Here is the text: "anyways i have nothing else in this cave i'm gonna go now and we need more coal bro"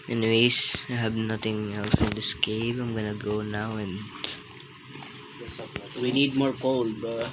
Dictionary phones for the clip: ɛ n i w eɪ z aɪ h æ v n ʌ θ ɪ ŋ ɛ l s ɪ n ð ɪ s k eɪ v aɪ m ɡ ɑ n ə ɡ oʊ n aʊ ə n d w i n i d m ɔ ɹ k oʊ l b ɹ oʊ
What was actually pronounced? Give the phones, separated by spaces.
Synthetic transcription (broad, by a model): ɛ n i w eɪ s aɪ h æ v n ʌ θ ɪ ŋ ɛ l s ɪ n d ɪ s k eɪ p aɪ m ɡ ɑ n ə ɡ oʊ n aʊ ə n d w i n i d m ɔ ɹ k oʊ l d